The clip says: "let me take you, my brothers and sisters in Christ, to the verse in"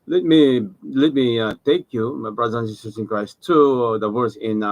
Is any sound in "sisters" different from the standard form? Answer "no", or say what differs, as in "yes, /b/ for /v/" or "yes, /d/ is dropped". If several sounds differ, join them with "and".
yes, /s/ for /z/